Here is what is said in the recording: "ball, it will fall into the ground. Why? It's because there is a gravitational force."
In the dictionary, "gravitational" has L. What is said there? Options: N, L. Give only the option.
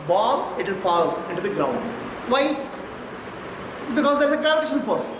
N